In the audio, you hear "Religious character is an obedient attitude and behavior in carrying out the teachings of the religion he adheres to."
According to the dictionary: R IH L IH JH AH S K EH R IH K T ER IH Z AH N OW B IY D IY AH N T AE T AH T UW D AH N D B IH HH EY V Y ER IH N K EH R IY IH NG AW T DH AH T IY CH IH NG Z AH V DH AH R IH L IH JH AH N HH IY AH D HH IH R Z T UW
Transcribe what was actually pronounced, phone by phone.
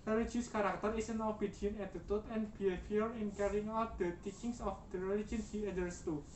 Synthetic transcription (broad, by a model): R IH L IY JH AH S K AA R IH K T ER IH S AH N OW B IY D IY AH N EH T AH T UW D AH N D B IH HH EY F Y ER IH N K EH R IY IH NG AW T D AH T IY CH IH NG S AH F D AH R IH L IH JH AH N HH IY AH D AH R S T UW